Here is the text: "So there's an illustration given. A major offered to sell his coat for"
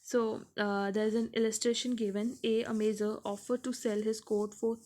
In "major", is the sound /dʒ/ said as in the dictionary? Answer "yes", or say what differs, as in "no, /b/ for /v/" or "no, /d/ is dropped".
no, /z/ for /dʒ/